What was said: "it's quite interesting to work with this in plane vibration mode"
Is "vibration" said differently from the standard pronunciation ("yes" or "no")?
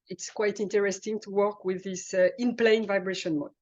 no